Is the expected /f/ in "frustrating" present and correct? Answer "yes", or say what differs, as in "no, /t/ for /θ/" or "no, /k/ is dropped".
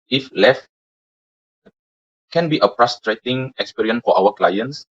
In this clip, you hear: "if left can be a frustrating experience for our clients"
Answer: no, /p/ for /f/